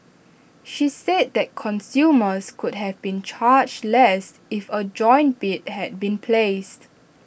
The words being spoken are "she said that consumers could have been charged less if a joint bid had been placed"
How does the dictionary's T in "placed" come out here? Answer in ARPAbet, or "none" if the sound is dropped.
T